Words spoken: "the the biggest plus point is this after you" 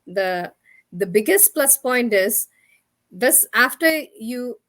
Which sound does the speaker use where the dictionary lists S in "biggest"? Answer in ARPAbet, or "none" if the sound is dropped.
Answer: S